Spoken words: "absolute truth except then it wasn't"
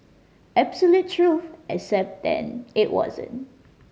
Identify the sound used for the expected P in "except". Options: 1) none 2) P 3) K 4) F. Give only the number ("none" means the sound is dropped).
2